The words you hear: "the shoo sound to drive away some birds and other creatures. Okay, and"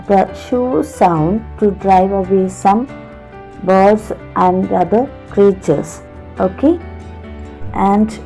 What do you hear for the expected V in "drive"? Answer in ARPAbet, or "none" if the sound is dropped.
V